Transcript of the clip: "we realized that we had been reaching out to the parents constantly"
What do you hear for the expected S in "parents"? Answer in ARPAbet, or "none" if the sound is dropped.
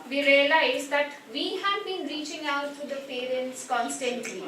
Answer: S